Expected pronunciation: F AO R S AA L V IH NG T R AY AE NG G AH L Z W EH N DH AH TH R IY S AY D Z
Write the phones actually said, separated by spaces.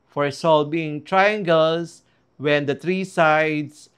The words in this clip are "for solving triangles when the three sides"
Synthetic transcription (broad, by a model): F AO R S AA L B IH NG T R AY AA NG G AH L S W EH N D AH T R IY S AY D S